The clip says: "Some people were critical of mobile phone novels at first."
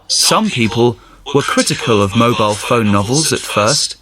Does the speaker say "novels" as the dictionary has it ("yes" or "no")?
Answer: yes